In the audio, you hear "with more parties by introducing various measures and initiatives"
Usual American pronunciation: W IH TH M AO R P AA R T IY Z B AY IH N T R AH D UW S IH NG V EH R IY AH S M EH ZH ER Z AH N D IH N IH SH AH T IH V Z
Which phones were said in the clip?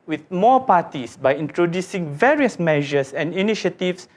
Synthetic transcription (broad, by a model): W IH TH M AO P AA T IY S B AY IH N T R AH D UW S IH NG V EH R IY AH S M EH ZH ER S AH N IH N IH SH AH T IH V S